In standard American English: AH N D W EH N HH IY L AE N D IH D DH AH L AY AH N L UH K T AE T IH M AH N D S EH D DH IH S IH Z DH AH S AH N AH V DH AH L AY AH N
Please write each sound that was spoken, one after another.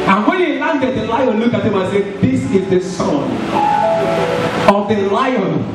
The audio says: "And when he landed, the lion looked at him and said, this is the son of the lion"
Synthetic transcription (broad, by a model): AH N W EH N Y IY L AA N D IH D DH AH L AY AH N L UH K AA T IH M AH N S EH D DH IH S IH Z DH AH S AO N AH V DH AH L AY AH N